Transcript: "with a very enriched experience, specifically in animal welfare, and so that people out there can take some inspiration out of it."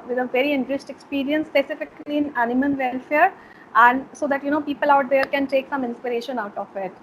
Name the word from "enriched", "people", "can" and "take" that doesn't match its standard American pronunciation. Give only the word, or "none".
enriched